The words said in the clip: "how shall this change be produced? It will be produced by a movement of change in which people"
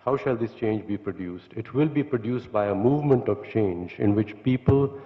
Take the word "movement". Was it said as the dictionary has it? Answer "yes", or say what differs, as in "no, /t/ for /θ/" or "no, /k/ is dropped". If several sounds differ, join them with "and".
yes